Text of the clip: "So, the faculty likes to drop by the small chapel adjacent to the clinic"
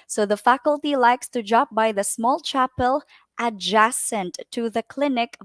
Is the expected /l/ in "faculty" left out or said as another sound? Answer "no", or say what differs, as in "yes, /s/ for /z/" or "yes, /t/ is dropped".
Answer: no